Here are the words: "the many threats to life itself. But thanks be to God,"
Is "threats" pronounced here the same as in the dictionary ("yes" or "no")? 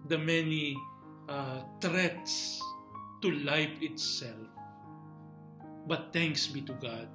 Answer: no